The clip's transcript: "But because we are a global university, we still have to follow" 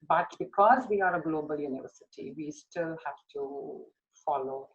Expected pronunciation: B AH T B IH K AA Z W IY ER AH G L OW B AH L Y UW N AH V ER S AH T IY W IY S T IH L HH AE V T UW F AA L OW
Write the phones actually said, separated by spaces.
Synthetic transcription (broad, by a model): B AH T B IH K AA Z W IY ER AH G L OW B AH L Y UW N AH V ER S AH T IY W IY S T IH L HH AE F T UW F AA L OW